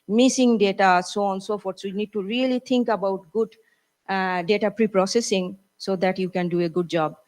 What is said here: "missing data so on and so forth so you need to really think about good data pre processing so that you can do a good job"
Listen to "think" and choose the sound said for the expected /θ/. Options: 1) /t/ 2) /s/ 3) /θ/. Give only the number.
1